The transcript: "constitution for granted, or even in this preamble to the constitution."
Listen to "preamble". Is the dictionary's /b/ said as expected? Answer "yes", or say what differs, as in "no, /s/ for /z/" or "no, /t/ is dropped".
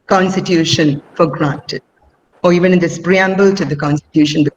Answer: yes